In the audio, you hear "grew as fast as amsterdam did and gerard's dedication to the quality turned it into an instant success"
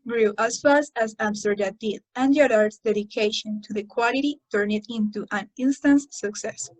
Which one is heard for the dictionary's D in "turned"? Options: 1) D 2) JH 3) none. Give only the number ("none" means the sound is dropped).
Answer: 3